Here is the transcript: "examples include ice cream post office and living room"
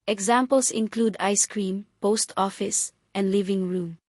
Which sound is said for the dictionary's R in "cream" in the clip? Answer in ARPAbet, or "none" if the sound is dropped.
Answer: R